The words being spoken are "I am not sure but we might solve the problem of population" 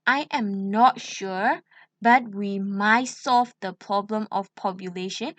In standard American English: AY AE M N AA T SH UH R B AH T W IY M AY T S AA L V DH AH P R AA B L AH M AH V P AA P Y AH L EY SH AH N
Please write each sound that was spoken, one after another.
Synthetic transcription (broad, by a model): AY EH M N AA T SH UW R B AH T W IY M AY T S AA L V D AH P R AA B L AH M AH F P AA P Y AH L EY SH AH N